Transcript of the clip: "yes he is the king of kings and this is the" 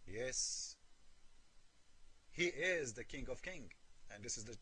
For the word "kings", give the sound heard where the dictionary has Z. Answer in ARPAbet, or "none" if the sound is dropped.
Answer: none